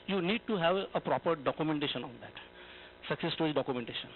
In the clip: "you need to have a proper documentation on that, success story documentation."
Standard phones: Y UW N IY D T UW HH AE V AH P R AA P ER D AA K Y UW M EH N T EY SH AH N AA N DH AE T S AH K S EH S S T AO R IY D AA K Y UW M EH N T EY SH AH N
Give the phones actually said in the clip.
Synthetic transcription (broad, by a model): Y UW N IY D T UW HH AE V AH P R AA P ER D AA K Y UW M EH N T EY SH AH N AA N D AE T S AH K S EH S S T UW IY D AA K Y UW M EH N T EY SH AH N